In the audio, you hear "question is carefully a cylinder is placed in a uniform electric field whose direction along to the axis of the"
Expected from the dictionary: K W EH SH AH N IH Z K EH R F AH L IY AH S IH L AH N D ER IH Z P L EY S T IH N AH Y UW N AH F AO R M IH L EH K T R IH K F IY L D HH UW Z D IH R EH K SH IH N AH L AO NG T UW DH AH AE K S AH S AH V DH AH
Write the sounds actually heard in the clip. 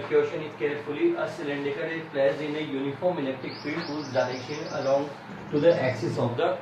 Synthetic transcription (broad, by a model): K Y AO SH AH N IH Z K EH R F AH L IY AH S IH L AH N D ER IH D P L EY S IH N AH Y UW N AH F AO R M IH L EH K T IH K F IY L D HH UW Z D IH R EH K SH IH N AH L AO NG T UW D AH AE K S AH S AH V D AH